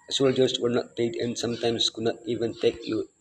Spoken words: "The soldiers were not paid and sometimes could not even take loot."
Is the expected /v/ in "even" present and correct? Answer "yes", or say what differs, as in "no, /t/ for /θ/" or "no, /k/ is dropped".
yes